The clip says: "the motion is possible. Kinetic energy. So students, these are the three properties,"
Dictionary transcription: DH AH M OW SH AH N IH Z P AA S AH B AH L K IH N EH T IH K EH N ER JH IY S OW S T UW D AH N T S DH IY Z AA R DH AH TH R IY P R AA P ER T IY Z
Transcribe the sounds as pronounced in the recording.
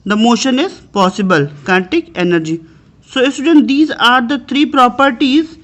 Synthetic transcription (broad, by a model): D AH M OW SH AH N IH Z P AA S AH B AH L K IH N T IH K EH N ER JH IY S OW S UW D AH N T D IY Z AA R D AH T R IY P R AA P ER T IY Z